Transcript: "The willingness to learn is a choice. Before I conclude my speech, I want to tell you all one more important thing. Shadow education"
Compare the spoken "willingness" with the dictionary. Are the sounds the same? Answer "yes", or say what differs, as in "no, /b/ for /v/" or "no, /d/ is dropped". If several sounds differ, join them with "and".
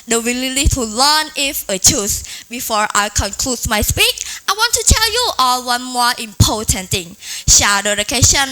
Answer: no, /s/ is dropped